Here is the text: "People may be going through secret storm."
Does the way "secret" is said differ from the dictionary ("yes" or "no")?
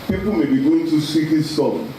yes